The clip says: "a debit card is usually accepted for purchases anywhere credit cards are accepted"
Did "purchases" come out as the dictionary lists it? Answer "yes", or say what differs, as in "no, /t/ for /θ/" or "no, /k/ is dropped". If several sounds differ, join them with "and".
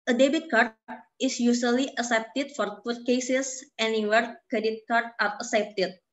no, /s/ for /z/